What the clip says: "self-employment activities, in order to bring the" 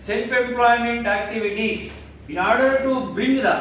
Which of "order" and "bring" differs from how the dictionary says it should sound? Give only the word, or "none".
bring